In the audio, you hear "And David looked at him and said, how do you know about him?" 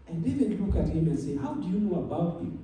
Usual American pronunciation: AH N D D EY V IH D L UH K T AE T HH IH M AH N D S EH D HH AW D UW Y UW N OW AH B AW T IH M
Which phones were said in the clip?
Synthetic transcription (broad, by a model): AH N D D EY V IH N L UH K AE T HH IH M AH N S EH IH HH AW D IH Y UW N OW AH B AW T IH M